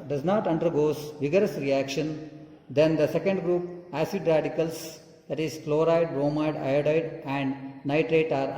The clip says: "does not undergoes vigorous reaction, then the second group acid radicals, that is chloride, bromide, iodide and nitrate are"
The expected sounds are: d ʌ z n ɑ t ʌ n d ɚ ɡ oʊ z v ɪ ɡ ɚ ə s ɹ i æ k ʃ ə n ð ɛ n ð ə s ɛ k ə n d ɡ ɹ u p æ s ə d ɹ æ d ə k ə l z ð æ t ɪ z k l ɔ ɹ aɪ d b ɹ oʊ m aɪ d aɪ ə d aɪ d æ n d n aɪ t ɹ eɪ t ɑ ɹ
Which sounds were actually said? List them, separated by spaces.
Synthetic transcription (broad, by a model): d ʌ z n ɑ t ʌ n d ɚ ɡ oʊ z v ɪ ɡ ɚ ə s ɹ i æ k ʃ ə n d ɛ n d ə s ɛ k ə n d ɡ ɹ u p æ s ə d ɹ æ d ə k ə l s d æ t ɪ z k l ɔ ɹ aɪ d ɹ oʊ m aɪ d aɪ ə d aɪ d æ n d n aɪ t ɹ eɪ t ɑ ɹ